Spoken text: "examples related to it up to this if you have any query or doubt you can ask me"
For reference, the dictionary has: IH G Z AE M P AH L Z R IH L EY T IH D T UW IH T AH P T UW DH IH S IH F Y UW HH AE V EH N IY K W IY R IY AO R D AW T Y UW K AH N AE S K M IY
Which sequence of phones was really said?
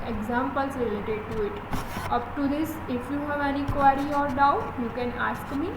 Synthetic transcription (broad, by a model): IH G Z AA M P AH L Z R IH L EY T IH D T UW IH T AH P T UW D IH S IH F Y UW HH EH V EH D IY K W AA R IY AO R D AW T Y UW K AH N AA S K M IY